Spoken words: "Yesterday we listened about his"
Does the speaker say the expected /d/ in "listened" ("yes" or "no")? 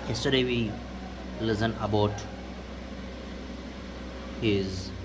no